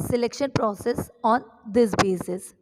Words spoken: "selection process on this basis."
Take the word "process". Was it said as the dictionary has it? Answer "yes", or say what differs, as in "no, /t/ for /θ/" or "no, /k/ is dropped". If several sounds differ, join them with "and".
yes